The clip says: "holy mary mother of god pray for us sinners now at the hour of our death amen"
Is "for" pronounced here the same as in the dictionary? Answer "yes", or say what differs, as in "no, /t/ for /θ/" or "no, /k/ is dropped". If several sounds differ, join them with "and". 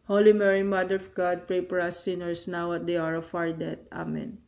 no, /p/ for /f/